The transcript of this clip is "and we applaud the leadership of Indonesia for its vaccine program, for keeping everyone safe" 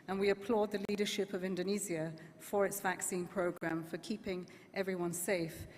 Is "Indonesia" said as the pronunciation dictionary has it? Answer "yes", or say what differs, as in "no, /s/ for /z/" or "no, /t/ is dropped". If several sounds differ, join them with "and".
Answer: no, /z/ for /ʒ/